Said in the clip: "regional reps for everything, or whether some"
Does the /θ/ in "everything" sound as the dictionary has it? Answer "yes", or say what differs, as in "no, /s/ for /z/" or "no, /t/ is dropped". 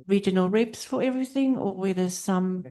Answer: yes